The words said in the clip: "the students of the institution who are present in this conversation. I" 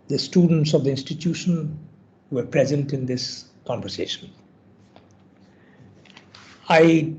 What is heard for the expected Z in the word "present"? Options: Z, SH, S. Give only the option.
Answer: Z